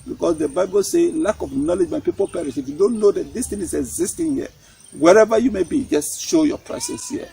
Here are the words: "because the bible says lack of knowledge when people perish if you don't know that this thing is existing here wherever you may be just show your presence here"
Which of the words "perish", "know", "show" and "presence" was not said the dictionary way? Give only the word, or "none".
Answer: presence